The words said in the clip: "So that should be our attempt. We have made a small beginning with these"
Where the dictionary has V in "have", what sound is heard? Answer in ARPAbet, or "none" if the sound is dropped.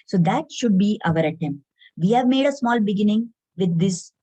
V